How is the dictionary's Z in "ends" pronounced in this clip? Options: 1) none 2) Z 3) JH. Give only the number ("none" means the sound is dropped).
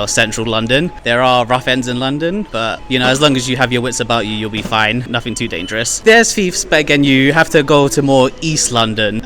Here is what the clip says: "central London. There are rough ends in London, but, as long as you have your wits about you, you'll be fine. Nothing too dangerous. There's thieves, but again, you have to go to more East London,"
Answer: 2